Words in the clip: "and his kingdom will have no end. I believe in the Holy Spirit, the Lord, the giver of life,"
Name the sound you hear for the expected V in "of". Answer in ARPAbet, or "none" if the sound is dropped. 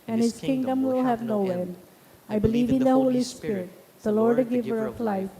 P